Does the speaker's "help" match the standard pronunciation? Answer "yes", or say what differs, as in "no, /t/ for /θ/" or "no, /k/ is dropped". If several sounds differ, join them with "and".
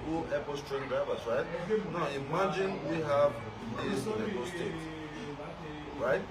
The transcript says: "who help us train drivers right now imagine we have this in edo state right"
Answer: no, /l/ is dropped